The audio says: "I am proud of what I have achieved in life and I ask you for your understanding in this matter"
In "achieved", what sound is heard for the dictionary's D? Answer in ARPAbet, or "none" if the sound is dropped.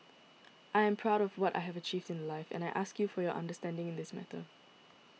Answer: D